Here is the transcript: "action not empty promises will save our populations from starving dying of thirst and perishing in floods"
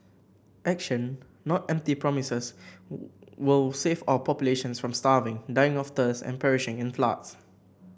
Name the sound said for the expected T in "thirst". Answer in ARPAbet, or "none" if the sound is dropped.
none